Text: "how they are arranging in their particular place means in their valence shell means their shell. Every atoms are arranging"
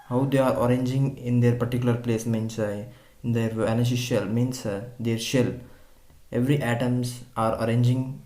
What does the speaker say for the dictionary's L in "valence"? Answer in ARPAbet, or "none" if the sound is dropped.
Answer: N